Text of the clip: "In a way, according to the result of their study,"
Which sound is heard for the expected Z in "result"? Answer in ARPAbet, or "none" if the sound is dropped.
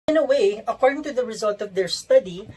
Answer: Z